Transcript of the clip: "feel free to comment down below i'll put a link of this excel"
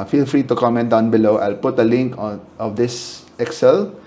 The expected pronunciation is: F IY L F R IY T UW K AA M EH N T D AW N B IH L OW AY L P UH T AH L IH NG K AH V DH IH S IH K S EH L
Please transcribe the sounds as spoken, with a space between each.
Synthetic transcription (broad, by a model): F IY L F R IY T UW K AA M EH N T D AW N B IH L OW AY L P UH T AH L IH NG K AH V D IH S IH K S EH L